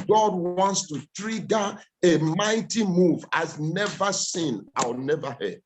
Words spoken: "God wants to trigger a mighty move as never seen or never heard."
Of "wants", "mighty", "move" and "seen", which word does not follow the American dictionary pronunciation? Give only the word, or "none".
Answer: none